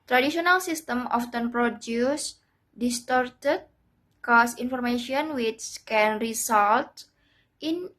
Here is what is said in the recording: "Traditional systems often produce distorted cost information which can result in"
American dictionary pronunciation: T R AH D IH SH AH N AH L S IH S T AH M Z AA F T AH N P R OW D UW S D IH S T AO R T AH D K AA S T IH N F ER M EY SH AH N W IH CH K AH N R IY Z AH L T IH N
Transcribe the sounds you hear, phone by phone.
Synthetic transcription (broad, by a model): T R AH D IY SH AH N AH L S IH S T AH M AA F T AH N P R OW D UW S D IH S T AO R T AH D K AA S IH N F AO M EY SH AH N W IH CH K AH N R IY S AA L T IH N